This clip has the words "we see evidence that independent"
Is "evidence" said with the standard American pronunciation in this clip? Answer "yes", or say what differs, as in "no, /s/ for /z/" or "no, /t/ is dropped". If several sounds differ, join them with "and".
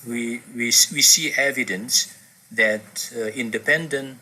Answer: yes